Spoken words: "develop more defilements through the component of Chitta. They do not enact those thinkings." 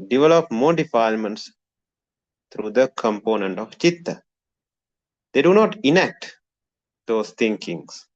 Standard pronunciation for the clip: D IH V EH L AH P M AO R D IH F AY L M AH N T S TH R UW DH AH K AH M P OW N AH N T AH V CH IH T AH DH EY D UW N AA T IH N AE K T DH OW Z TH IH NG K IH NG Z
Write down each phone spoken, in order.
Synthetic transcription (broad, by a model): D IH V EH L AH P M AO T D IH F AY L M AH N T S T R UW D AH K AH M P OW N AH N T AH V CH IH T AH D EY D UW N AA T IH N AE K T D OW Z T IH NG K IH NG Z